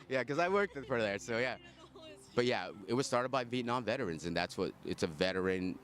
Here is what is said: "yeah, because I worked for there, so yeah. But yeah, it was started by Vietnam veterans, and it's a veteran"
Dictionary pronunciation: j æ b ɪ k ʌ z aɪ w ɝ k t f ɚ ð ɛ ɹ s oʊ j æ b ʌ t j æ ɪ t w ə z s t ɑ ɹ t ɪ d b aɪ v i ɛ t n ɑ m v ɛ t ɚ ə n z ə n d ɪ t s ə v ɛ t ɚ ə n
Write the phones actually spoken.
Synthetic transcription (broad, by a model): j æ k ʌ z aɪ w ɝ k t f ɚ ð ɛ ɹ s oʊ j æ b ʌ t j æ ɪ t w ə z s t ɑ ɹ t ɪ d b aɪ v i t n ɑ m v ɛ t ɚ ə n z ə n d ɪ t s ə v ɛ t ɚ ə n